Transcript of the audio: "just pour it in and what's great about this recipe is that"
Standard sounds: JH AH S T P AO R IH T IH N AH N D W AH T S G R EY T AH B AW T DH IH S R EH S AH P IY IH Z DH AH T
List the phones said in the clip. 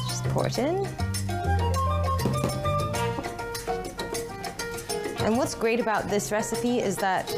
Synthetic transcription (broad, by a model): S P AO R T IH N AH N W AH T S G R EY T AH B AW T DH IH S R EH S AH P IY IH Z DH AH T